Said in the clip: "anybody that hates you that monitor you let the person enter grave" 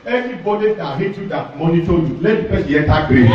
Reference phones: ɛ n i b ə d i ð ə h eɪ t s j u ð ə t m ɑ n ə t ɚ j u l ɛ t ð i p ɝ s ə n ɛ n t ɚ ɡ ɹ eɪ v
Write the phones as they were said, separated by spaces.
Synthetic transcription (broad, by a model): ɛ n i b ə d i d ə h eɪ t j u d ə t m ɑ n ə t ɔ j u l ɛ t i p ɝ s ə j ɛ t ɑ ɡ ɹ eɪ